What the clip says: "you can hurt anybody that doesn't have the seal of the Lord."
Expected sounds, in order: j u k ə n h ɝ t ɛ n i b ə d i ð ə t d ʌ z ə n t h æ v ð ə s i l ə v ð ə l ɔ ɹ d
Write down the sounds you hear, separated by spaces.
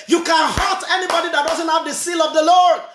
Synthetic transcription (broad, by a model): j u k ə n h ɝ t ɛ n i b ə d i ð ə t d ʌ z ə n t h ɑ v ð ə s i l ə v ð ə l ɔ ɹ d